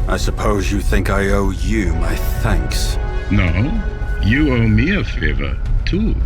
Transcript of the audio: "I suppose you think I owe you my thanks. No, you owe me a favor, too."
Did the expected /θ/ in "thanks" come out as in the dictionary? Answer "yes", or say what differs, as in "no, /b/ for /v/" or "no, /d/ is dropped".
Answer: yes